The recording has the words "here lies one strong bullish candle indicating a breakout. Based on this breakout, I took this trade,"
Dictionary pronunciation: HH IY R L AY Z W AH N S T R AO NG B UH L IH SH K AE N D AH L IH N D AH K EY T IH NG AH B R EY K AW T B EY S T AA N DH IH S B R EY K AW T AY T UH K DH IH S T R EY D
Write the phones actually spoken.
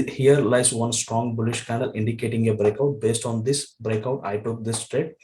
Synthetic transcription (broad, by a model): HH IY R L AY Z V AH N S T R AO NG B UH L IH SH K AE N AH L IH N D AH K EY T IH NG AH B R EY K AW T B EY S T AA N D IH S B R EY K AW T AY T UH K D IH S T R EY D